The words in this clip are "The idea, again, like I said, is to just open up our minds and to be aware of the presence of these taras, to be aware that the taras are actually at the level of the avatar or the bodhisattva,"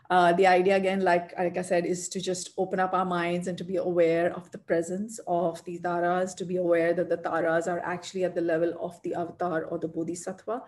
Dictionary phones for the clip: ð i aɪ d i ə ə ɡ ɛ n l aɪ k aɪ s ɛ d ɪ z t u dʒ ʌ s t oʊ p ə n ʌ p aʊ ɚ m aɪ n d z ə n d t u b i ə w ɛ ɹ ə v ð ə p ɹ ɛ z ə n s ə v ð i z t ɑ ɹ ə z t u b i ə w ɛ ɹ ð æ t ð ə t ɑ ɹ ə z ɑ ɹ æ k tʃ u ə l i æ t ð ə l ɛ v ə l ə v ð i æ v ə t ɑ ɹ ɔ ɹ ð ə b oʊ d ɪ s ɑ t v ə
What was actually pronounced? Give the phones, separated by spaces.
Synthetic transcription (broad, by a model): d i aɪ d i ə ə ɡ ɛ n l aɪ k aɪ s ɛ d ɪ z t u dʒ ʌ s t oʊ p ə n ʌ p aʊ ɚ m aɪ n d z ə n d t u b i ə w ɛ ɹ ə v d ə p ɹ ɛ z ə n s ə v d i t ɑ ɹ ə z t u b i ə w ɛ ɹ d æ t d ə t ɑ ɹ ə z ɑ ɹ æ k tʃ u ə l i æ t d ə l ɛ v ə l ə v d i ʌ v t ɑ ɹ ɔ ɹ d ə b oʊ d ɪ s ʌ t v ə